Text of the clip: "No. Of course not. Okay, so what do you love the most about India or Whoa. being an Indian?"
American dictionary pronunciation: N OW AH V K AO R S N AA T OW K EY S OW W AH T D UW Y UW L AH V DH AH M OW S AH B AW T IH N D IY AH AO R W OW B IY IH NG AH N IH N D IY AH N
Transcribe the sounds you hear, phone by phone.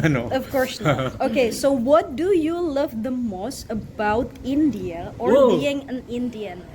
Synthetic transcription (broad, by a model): N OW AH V K AO R S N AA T OW K EY S OW W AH T D UW Y UW L AH V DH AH M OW S AH B AW T IH N D IY AH AO R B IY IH NG AH N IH N D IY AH N